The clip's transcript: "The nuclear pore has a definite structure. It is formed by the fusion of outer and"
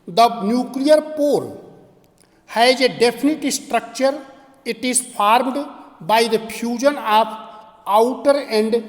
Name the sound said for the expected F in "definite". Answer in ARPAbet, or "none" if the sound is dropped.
P